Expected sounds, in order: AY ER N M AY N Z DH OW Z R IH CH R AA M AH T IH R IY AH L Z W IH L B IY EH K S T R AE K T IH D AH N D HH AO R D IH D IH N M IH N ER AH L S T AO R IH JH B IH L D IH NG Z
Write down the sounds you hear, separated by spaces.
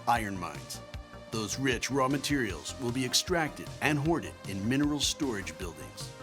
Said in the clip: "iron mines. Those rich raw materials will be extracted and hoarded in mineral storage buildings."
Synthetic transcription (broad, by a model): AY ER N M AY N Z DH OW Z R IH CH R AA M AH T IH R IY L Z W IH L B IY EH K S T R AE K T IH D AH N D HH AO R D IH D IH N M IH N ER L S T AO R IH JH B IH L D IH NG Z